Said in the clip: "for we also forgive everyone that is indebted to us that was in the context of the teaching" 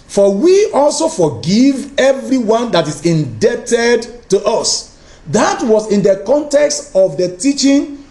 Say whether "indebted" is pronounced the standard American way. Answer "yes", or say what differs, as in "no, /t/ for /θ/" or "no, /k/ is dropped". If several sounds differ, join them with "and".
yes